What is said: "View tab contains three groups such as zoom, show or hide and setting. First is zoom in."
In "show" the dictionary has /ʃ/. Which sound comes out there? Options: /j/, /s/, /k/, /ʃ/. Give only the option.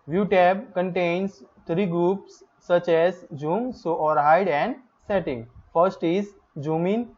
/s/